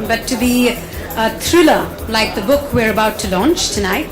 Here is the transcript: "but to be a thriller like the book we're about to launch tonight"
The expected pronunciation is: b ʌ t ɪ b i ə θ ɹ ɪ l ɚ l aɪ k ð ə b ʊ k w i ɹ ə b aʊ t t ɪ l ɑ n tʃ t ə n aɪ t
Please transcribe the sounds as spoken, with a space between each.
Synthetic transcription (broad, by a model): b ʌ t ɪ b i ə t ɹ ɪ l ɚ l aɪ k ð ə b ʊ k w i ɹ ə b aʊ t t ɪ l ɑ n tʃ t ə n aɪ t